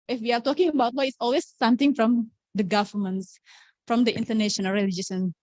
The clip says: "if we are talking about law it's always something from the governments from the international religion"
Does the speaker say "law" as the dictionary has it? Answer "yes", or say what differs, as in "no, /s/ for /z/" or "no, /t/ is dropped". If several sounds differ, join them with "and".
no, /w/ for /l/